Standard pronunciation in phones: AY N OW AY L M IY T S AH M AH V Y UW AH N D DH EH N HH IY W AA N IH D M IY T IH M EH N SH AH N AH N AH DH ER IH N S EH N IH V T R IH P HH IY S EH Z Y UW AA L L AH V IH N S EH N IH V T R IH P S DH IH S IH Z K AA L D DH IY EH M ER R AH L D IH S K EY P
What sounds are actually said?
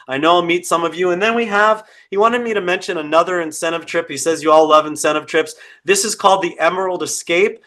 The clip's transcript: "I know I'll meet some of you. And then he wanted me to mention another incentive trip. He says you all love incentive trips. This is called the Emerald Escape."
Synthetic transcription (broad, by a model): AY N OW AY M IY T S AH M AH V Y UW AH N DH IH N HH IY W AA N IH D M IY T IH M EH N SH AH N AH N AH DH ER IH N S EH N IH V T R IH P HH IY S EH Z Y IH AA L L AH V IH N S EH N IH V T R IH P S DH IH S IH Z K AA L D DH IY EH M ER R L D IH S K EY P